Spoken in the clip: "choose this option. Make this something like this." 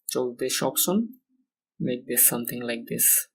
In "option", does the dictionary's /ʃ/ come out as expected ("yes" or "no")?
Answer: no